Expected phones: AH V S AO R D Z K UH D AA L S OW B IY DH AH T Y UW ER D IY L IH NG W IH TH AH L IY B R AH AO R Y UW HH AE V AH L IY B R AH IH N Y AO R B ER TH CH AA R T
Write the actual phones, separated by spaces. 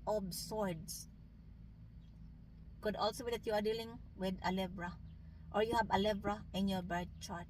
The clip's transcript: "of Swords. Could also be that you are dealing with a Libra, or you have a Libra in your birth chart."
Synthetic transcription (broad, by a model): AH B S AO R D S K UH D AA L S OW B IY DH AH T Y UW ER D IY L IH NG W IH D AH L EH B R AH AO R Y UW HH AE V AH L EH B R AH IH N Y AO R B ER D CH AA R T